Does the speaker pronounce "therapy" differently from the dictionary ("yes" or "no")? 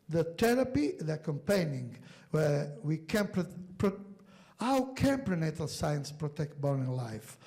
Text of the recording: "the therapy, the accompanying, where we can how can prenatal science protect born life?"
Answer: yes